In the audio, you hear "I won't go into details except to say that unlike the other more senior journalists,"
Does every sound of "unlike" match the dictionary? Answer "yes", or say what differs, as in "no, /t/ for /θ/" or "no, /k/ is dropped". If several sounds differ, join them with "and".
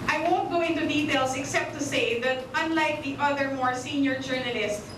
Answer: yes